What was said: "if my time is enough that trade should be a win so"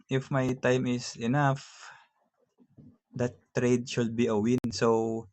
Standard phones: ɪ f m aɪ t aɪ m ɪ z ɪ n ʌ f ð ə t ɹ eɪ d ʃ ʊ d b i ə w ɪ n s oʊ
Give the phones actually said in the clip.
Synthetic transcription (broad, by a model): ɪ f m aɪ t aɪ m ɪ s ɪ n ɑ f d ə t ɹ eɪ d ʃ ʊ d b i ə w ɪ n s oʊ